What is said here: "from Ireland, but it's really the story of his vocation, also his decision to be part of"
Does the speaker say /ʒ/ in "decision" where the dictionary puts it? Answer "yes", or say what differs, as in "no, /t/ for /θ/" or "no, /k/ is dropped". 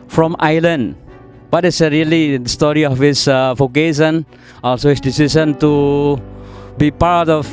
no, /s/ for /ʒ/